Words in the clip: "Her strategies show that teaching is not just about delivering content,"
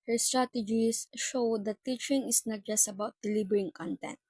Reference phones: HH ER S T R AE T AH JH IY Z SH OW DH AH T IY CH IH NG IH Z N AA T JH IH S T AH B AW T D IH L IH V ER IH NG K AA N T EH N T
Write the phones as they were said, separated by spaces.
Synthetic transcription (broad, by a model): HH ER S T R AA T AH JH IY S SH OW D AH T IY CH IH NG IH S N AA T JH IH S T AH B AW T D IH L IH B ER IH NG K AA N T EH N T